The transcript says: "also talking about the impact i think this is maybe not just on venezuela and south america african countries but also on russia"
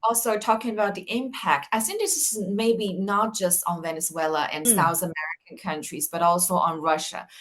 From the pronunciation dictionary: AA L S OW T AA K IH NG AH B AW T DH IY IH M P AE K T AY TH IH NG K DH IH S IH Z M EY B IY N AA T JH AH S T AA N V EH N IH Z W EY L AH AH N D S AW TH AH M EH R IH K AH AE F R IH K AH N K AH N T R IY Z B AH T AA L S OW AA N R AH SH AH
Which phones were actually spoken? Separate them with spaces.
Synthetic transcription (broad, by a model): AA L S OW T AA K IH NG AH B AW T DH IY IH M P AE K T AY S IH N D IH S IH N M EY B IY N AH T JH AH S T N V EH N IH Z W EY L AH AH N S AW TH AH M EH R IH K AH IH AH N K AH N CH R IY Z B AH T AA L S OW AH N R AH SH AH